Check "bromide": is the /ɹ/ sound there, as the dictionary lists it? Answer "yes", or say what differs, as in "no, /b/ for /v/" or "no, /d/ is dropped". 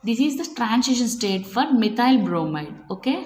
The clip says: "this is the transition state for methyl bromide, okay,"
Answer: yes